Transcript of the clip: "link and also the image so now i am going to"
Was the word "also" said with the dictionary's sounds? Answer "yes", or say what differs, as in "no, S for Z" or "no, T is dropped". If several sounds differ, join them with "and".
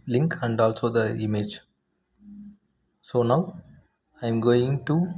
yes